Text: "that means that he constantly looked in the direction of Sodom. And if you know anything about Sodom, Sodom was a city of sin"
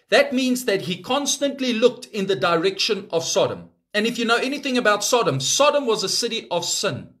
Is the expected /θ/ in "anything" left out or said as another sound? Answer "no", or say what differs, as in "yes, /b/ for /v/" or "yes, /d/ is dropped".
no